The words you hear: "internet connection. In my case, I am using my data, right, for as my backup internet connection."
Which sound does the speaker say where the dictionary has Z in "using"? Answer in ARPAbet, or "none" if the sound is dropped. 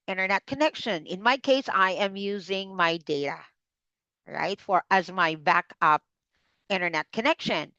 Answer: Z